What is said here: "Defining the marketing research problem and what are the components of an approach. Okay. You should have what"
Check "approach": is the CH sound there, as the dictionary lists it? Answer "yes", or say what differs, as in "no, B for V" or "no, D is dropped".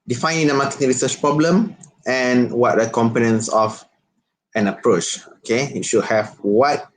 yes